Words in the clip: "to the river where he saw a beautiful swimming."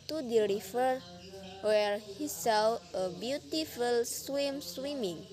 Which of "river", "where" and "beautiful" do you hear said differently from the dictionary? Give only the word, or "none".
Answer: river